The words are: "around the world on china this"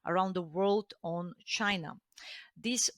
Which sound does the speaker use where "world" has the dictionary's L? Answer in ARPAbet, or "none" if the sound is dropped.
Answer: L